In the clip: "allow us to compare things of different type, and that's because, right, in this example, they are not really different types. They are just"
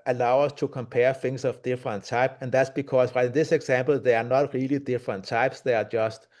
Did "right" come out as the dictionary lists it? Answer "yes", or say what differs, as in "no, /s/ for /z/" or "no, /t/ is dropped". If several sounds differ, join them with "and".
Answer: no, /t/ is dropped